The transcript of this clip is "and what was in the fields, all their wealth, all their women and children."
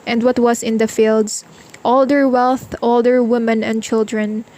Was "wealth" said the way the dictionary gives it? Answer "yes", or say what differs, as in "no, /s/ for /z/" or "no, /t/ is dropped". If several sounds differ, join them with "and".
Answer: yes